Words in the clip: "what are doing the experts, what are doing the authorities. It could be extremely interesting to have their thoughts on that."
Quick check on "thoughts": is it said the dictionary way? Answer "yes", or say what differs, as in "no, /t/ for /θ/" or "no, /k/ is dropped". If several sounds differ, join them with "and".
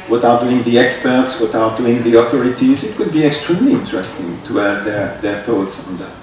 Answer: yes